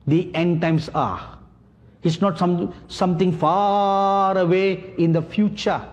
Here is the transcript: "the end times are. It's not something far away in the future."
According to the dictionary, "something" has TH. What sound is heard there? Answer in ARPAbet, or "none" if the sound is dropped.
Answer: T